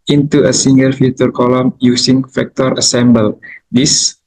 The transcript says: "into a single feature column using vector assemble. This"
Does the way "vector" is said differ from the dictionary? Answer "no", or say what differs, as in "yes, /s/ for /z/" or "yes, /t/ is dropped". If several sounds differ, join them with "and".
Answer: yes, /f/ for /v/